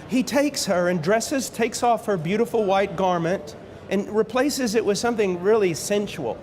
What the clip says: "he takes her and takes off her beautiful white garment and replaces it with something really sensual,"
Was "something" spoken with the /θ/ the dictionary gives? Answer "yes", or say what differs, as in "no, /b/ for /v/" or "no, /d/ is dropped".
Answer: yes